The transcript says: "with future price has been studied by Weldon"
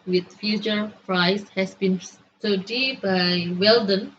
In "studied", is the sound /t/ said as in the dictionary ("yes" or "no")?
no